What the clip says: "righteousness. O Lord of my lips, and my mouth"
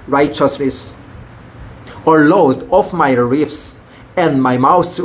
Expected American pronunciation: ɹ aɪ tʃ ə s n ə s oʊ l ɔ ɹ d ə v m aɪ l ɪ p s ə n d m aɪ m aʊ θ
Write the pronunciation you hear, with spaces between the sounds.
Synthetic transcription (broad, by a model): ɹ aɪ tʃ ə s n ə s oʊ l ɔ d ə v m aɪ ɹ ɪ f s ə n d m aɪ m aʊ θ